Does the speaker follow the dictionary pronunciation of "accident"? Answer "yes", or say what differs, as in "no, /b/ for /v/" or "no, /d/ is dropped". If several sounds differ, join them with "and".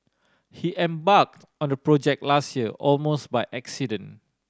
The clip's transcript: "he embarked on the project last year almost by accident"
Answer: no, /t/ is dropped